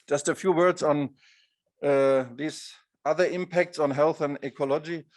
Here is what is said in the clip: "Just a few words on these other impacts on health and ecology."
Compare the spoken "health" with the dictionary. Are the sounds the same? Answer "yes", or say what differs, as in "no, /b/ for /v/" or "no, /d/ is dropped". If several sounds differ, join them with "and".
yes